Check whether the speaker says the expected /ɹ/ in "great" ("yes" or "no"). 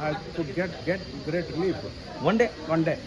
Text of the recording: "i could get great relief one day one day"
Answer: no